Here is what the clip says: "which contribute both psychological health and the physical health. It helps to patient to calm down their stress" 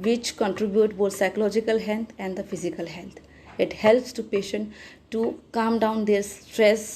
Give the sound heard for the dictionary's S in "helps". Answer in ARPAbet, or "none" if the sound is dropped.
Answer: S